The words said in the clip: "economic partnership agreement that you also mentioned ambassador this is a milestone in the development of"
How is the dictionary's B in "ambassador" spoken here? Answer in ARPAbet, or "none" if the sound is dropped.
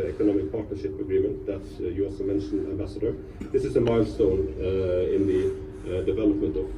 B